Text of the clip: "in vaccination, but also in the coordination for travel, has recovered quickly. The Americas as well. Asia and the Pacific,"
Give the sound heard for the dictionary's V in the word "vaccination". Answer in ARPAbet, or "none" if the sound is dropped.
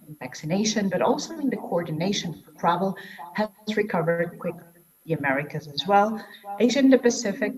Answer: V